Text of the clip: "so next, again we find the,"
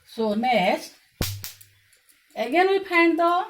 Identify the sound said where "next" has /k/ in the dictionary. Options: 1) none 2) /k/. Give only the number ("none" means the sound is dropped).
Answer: 1